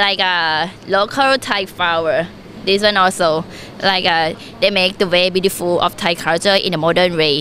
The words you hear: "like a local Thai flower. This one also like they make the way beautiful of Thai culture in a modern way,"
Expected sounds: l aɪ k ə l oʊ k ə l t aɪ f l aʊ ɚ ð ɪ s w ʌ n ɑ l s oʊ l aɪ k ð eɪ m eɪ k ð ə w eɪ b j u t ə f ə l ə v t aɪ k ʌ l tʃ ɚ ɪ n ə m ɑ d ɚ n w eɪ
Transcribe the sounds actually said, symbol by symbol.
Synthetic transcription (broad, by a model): l aɪ k ə l oʊ k ə l t aɪ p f aʊ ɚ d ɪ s w ʌ n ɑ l s oʊ l aɪ k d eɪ m eɪ k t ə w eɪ b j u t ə f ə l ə f t aɪ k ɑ tʃ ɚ ɪ n ə m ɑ d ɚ n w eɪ